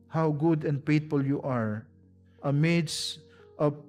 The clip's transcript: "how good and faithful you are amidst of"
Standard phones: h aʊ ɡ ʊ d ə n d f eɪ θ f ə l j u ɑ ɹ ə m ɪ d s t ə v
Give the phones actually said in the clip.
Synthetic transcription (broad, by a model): h aʊ ɡ ʊ d ə n d p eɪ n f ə l j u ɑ ɹ ə m ɪ d s t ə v